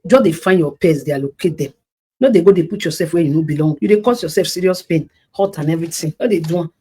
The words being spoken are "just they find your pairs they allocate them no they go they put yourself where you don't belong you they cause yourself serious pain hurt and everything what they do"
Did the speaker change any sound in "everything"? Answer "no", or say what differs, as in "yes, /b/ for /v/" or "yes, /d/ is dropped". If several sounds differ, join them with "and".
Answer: yes, /t/ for /θ/